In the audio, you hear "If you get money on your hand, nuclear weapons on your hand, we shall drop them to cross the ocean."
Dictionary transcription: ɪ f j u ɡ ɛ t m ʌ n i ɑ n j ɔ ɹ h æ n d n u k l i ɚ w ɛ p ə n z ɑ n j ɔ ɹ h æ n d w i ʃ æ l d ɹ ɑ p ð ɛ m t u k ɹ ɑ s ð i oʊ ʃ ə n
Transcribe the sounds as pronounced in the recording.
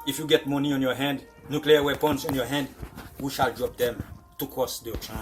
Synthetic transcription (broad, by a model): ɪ f j u ɡ ɛ t m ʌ n i ɑ n j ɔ h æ n d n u k l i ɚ w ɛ p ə n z ɑ n j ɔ h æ n d w i ʃ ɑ l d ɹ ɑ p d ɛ m t u k ɑ s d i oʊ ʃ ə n